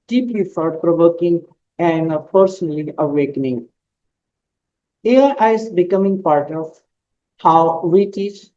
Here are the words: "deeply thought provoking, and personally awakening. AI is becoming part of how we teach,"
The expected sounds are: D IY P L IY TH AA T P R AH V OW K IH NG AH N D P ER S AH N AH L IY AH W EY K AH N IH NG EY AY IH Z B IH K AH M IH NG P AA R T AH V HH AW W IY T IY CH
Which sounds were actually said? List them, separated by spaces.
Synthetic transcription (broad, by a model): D IY P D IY F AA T P R AH V OW K IH NG AH N D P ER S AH N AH L IY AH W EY K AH N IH NG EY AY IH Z B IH K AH M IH NG P AA R T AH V HH AW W IY T IY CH